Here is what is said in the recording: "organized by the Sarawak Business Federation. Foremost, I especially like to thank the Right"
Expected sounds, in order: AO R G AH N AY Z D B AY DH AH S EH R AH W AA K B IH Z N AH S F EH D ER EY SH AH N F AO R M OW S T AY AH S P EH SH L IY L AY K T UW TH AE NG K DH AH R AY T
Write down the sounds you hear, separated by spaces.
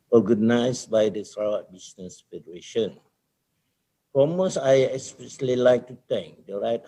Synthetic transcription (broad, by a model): AO G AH N AY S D B AY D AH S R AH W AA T B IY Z N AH S F EH D ER EY SH AH N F AO M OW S AY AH S P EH S L IY L AY K T UW T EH NG K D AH R AY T